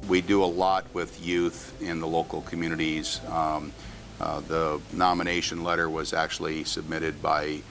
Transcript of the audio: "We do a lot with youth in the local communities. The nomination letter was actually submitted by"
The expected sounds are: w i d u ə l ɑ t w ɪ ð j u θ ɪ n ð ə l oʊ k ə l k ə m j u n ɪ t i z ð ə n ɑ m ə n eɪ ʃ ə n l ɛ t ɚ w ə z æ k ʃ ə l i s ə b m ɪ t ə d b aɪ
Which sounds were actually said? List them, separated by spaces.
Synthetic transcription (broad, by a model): w i d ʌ ə l ɑ t w ɪ ð j u θ ɪ n ð ə l oʊ k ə l k m j u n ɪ t i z ð ə n ɑ m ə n eɪ ʃ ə n l ɛ t ɚ w ə z æ k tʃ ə l i s ə b m ɪ t ə d b aɪ